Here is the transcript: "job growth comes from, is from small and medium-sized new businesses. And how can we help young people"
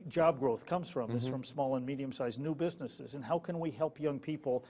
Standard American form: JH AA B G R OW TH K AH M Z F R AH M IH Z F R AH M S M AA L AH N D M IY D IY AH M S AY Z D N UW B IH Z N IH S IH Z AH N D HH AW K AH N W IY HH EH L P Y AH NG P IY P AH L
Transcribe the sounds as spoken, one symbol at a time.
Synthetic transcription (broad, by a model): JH AA B G R OW TH K AH M Z F R AH M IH S F R AH M S M AA L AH N M IY D IY AH M S AY Z N UW B IH Z N IH S IH Z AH N HH AW K AH N W IY HH EH L P Y AH NG P IY P L